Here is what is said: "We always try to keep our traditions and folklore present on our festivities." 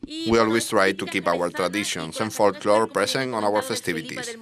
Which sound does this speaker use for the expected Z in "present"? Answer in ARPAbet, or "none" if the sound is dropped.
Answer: S